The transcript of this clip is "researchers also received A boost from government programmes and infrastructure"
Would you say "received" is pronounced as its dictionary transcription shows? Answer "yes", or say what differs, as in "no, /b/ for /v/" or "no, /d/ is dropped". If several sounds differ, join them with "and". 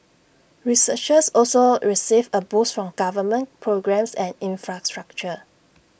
no, /d/ is dropped